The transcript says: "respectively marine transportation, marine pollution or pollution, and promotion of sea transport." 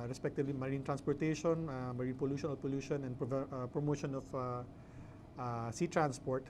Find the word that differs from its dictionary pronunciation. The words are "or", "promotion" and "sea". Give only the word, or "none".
or